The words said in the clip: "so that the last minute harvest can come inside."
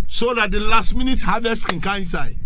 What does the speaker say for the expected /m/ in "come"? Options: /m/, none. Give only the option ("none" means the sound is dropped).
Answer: none